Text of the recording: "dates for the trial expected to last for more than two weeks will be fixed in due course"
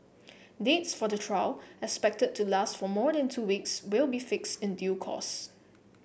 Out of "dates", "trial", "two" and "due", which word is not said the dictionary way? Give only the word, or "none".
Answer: none